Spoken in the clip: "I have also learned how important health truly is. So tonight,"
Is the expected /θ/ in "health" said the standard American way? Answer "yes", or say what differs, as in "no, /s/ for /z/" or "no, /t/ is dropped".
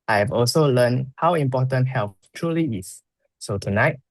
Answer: no, /f/ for /θ/